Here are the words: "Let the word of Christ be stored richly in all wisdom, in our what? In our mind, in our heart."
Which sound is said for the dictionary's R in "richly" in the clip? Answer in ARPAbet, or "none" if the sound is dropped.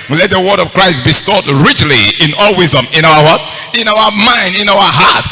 R